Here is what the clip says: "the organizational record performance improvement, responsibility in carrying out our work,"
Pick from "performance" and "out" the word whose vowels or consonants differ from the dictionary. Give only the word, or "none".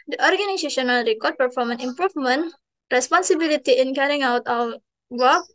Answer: performance